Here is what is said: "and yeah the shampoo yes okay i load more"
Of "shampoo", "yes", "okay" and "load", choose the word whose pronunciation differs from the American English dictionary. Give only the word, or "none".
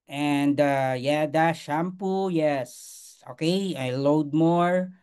none